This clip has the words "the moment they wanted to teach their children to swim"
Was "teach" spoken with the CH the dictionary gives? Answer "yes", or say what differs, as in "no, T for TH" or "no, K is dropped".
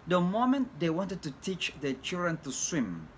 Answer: yes